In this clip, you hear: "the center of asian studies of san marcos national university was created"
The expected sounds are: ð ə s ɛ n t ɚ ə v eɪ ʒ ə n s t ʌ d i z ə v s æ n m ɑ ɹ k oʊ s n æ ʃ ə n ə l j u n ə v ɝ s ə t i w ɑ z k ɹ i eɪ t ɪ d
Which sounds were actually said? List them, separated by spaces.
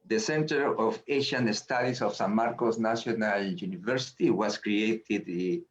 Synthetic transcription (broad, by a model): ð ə s ɛ n t ɚ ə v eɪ ʃ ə n s t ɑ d i s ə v s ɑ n m ɑ ɹ k oʊ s n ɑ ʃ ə n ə l j u n ə v ɝ s ə t i w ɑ s k ɹ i eɪ t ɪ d